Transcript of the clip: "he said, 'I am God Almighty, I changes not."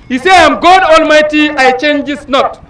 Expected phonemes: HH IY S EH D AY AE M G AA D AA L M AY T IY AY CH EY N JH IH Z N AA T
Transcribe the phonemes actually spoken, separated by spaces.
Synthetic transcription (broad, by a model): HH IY S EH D AY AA M G AA D AA L M AY T IY AY CH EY N JH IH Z N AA T